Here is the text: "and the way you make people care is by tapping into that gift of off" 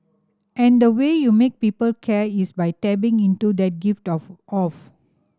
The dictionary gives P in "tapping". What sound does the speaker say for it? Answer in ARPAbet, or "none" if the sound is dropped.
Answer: B